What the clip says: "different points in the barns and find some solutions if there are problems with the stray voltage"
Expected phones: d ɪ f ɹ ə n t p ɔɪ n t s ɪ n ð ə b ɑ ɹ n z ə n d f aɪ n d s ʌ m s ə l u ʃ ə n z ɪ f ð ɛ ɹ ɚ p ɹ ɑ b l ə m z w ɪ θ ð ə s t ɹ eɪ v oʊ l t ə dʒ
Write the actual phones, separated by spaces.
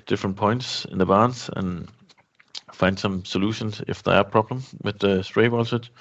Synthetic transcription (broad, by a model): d ɪ f ɹ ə n p ɔɪ n t s ɪ n ð ə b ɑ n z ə n f aɪ n d s ʌ m s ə l u ʃ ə n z ɪ f ð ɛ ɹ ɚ p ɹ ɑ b l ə m w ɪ ð ə s t ɹ eɪ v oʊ l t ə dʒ